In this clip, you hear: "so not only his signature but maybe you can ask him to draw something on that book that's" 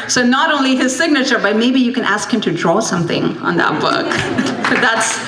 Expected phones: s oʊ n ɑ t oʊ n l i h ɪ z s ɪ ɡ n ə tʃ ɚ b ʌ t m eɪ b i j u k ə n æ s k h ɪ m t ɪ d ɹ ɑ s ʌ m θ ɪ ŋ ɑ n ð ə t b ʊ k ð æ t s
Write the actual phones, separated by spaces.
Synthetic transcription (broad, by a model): s oʊ n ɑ t oʊ n l i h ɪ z s ɪ ɡ n ə tʃ ɚ b ʌ t m eɪ b i j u k ə n æ s k h ɪ m t ɪ d ɹ ɑ s ʌ m θ ɪ ŋ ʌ n ð ə t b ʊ k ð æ t s